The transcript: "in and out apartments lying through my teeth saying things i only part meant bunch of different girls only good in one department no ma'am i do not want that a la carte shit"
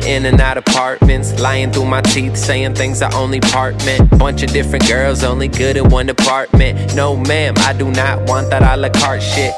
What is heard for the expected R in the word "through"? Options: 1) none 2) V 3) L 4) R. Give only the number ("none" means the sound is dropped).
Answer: 4